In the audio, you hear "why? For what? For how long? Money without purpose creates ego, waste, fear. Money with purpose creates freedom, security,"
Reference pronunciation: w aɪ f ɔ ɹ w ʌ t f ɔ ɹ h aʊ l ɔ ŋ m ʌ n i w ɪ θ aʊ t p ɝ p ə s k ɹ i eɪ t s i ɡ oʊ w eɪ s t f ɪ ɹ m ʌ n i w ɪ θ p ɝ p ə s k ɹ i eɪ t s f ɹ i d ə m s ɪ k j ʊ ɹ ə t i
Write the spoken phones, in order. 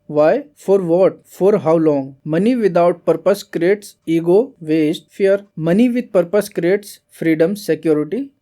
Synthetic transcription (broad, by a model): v aɪ f ɔ ɹ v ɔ t f ɔ ɹ h aʊ l ɔ ŋ m ʌ n i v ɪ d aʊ t p ɝ p ə s k ɹ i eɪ t s i ɡ oʊ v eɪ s t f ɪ ɹ m ʌ n i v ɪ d p ɝ p ə s k ɹ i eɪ t s f ɹ i d ə m s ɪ k j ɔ ɹ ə t i